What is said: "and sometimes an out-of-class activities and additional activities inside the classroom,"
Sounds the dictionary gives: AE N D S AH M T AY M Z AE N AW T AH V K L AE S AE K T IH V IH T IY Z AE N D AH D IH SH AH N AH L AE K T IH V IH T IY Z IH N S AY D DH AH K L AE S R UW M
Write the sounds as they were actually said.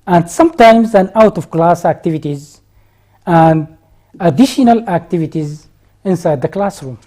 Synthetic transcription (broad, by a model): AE N D S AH M T AY M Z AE N AW T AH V K L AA S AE K T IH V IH T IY Z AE N D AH D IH SH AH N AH L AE K T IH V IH T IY Z IH N S AY D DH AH K L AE S R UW M